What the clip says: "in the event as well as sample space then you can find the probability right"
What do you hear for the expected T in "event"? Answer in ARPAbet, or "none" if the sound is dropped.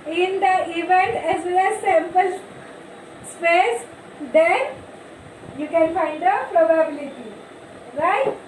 T